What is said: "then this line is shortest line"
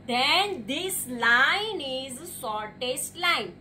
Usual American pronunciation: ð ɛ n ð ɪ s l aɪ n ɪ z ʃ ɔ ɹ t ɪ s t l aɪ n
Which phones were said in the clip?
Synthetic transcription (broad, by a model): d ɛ n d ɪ s l aɪ n ɪ z s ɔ ɹ t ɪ s t l aɪ n